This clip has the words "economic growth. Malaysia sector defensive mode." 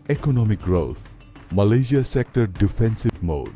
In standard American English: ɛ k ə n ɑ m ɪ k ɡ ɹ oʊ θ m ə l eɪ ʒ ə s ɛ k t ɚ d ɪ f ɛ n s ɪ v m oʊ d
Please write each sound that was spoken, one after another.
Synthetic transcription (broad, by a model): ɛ k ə n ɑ m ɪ k ɡ ɹ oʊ t m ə l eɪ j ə s ɛ k t ɚ d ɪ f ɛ n s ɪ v m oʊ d